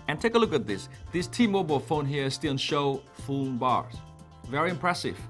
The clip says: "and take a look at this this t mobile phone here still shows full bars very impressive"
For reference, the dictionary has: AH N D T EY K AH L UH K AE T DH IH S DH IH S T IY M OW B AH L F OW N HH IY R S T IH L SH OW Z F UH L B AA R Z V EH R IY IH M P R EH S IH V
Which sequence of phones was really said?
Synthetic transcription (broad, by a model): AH N T EY K AH L UH K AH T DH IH S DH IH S T IY M OW B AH L F OW N HH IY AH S T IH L SH OW F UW N B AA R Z V EH R IY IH M P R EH S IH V